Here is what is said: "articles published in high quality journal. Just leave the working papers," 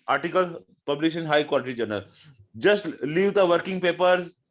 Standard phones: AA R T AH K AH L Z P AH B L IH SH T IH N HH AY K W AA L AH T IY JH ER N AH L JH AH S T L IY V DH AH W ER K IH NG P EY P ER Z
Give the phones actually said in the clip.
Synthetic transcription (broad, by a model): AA R T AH K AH L P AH B L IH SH IH N HH AY K W AA L AH T IY JH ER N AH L JH AH S T L IY V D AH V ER K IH NG P EY P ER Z